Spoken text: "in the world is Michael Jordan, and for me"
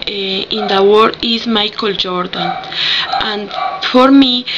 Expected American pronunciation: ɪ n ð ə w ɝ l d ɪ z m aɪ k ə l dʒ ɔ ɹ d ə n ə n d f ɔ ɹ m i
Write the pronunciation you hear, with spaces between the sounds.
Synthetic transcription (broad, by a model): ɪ n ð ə w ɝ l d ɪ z m aɪ k ə l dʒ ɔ ɹ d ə n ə n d f ɔ ɹ m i